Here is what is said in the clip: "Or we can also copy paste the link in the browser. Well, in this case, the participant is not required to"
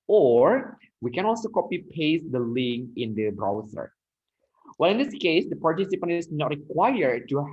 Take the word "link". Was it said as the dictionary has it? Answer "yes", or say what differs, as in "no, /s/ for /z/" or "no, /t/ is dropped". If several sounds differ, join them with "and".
no, /k/ is dropped